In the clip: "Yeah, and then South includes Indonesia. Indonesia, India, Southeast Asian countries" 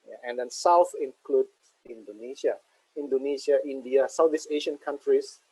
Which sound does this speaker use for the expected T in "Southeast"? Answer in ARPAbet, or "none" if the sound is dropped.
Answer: none